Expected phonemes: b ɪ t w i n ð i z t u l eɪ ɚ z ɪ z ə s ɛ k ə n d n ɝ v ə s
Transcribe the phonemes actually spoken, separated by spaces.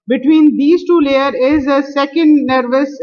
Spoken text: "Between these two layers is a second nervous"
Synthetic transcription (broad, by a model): b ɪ t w i n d i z t u l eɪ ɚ ɪ z ə s ɛ k ə n d n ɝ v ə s